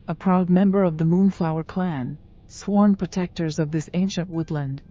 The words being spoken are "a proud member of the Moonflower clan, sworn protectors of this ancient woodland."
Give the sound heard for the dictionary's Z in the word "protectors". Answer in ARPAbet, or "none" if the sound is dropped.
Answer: Z